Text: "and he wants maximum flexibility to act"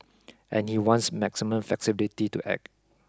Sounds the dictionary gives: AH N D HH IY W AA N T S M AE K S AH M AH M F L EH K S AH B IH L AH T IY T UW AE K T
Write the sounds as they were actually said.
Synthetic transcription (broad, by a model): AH N HH IY W AA N T S M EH K S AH M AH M F EH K S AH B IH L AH T IY T UW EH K